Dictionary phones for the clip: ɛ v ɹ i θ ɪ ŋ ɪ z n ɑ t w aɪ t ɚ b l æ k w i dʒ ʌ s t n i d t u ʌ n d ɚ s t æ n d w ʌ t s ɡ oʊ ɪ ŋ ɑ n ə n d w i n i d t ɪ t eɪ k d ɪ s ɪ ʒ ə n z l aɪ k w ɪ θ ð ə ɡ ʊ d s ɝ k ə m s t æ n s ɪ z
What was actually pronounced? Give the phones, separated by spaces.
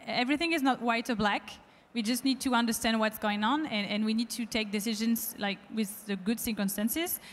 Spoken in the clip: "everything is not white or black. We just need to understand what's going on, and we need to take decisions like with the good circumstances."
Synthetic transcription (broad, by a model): ɛ v ɹ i θ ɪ ŋ ɪ z n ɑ t w aɪ t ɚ b l æ k w i dʒ ʌ s t n i d t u ʌ n d ɚ s t æ n d w ʌ t s ɡ oʊ ɪ ŋ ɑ n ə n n w i n i d t ɪ t eɪ k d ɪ s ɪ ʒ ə n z l aɪ k w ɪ ð ə ɡ ʊ d s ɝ k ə m s t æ n s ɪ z